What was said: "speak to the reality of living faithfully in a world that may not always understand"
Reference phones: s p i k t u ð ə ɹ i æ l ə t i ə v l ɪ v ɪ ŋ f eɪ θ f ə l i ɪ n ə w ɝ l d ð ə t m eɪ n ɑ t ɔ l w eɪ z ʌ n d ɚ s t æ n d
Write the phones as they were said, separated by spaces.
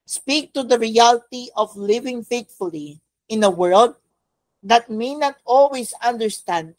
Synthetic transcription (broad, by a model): s p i k t u ð ə ɹ i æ l t i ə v l ɪ v ɪ ŋ f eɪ t f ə l i ɪ n ə w ɝ l d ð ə t m eɪ n ɑ t ɔ l w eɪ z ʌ n d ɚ s t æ n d